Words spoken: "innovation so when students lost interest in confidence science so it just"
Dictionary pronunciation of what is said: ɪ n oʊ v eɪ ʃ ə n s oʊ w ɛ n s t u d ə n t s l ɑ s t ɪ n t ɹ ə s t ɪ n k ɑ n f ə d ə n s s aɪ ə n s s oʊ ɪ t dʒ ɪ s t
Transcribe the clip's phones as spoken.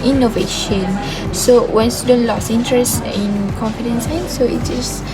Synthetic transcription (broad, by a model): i n oʊ v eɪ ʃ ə n s oʊ w ɛ n s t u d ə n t l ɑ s i n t ɹ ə s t ɪ n k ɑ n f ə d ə n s s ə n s s oʊ ɪ t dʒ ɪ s